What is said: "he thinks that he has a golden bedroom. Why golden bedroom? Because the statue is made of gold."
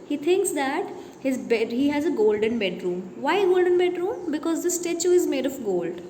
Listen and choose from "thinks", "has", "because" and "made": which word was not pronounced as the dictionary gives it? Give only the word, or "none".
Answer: thinks